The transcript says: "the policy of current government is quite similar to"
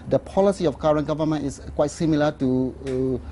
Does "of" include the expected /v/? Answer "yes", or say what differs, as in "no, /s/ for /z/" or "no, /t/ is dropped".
no, /f/ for /v/